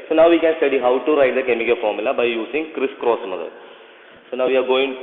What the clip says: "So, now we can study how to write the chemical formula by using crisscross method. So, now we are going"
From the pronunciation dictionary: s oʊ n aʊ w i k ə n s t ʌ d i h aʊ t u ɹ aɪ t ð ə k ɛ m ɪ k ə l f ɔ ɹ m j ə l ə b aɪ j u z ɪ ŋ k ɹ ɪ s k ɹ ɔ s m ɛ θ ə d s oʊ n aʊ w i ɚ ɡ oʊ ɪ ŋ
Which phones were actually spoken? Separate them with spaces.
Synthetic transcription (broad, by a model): s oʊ n aʊ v i k ə n s t ʌ d i h aʊ t u ɹ aɪ t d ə k ɛ m ɪ k ə l f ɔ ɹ m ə l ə b aɪ j u s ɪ ŋ k ɹ ɪ s k ɹ ɔ s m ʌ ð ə s oʊ n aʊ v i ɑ ɡ oʊ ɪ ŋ